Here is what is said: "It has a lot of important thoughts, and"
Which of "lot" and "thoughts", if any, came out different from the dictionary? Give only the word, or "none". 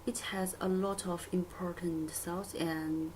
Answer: thoughts